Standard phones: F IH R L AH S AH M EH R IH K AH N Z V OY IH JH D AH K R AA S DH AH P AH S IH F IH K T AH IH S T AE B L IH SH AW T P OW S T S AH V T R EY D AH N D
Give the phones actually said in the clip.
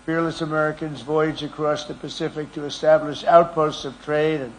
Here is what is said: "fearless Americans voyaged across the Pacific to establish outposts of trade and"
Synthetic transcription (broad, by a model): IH R L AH S AH M EH R IH K AH N Z V OY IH JH AH K R AA S DH AH P AH S IH F IH K T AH IH S T AE B L IH SH AW T P OW S T S AH V T R EY D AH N